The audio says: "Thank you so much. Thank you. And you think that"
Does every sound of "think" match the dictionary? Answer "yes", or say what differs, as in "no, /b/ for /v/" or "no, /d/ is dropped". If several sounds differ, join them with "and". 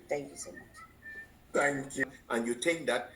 no, /t/ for /θ/